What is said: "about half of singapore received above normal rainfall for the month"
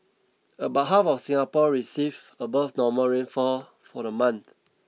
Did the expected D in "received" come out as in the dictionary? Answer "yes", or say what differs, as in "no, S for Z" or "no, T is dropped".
no, D is dropped